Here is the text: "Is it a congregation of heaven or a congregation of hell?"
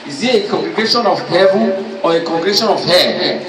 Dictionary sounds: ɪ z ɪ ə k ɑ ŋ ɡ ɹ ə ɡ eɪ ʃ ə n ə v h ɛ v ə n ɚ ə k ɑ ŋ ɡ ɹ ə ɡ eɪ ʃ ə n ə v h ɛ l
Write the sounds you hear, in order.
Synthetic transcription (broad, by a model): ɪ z ɪ ə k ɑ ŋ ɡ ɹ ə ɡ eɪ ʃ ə n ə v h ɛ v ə ɔ ə k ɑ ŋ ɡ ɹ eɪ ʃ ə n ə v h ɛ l